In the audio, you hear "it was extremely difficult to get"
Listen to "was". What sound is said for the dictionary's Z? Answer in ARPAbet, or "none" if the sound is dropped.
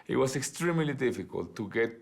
S